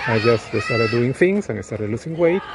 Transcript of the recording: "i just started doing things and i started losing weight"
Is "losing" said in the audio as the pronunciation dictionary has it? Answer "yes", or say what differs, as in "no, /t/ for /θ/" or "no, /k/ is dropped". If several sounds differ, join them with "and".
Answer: no, /s/ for /z/